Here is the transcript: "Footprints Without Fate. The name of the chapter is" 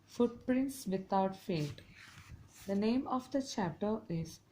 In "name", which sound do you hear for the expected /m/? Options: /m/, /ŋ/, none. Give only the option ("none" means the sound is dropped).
/m/